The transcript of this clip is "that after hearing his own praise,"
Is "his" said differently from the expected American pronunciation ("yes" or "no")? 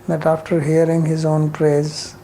no